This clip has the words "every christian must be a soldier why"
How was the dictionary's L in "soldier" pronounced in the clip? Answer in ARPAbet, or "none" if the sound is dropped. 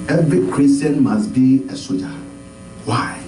none